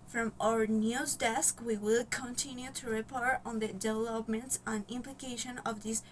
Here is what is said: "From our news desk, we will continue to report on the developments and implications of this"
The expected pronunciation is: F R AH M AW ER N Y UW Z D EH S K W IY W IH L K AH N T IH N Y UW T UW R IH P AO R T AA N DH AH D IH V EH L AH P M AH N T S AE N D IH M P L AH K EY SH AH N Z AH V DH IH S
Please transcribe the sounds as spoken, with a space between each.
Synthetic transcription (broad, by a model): F R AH M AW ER N Y UW Z D EH S K W IY W IH L K AH N T IH N Y UW T UW R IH P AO R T AA N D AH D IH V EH L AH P M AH N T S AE N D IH M P L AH K EY SH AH N AH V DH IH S